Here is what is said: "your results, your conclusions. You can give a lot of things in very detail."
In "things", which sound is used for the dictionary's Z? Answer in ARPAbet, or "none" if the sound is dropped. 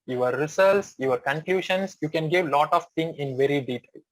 none